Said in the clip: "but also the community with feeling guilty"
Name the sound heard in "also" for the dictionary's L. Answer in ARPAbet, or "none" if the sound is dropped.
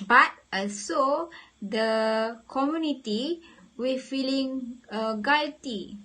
none